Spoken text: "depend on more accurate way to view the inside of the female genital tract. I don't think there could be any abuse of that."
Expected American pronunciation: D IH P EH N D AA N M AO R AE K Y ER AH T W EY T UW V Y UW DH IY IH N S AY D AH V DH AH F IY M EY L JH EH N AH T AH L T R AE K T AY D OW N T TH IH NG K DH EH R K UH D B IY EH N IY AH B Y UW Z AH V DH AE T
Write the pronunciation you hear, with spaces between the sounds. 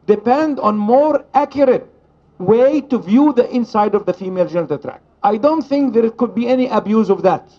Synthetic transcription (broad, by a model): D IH P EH N D AA N M AO R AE K Y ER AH T W EY T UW V Y UW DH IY IH N S AY D AH V DH AH F IY M EY L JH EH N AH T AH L T R AE K T AY D OW N T TH IH NG K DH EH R K UH D B IY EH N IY AH B Y UW Z AH V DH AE T